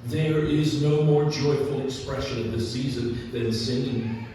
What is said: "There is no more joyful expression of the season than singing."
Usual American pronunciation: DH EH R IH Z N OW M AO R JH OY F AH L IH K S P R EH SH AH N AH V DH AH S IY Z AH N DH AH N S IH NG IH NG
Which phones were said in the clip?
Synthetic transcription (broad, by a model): DH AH R IH Z N OW M AO R JH OY F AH L IH K S P R EH SH AH N AH V DH AH S IY Z AH N DH AH N S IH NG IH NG